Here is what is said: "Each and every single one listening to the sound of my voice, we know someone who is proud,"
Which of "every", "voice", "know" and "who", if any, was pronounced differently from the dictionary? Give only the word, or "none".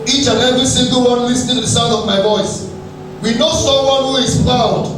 none